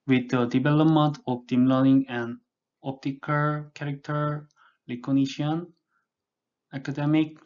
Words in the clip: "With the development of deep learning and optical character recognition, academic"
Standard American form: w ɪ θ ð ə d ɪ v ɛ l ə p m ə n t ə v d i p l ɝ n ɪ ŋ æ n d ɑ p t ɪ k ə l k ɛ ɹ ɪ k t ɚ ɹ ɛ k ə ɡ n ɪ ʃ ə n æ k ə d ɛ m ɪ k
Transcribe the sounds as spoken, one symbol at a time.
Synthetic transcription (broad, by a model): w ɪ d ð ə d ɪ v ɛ l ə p m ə n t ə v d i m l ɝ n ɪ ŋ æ n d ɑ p t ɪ k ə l k ɛ ɹ ɪ k t ɚ l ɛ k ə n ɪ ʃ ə n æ k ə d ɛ m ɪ k